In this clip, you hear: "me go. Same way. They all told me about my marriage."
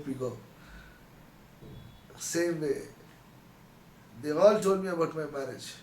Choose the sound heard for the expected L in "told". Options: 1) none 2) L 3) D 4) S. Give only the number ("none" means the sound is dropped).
1